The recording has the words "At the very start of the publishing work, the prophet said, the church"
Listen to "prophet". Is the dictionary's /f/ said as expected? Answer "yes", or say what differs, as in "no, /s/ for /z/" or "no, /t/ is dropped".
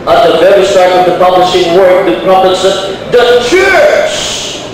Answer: no, /p/ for /f/